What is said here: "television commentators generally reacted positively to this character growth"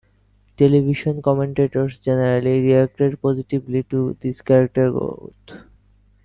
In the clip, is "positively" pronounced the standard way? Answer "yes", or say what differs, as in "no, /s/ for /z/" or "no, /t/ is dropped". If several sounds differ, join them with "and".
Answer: no, /b/ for /v/